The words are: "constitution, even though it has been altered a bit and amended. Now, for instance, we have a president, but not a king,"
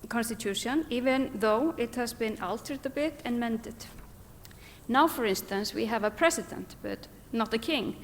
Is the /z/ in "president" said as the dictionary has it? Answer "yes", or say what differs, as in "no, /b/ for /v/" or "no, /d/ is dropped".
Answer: no, /s/ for /z/